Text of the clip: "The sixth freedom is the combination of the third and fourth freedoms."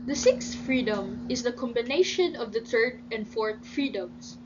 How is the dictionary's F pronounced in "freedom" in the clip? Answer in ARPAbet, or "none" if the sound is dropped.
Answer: F